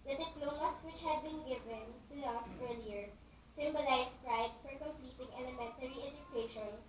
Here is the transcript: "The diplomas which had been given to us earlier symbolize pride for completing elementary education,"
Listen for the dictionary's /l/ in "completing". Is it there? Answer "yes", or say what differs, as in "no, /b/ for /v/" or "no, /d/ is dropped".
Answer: yes